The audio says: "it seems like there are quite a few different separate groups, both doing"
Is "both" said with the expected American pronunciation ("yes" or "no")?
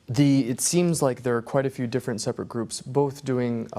yes